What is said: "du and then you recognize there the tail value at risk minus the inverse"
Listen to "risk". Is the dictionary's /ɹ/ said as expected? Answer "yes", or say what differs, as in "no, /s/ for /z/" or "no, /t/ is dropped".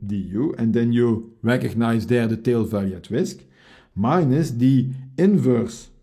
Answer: no, /w/ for /ɹ/